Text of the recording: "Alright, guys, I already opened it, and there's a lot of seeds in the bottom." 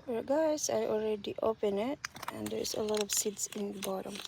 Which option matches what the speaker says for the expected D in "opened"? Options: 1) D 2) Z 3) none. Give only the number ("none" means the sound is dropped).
3